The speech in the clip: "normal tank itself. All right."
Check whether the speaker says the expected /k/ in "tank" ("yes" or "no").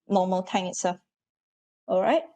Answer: no